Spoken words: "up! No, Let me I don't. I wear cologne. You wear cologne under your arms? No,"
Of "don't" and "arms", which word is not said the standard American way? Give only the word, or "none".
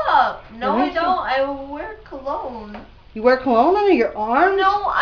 arms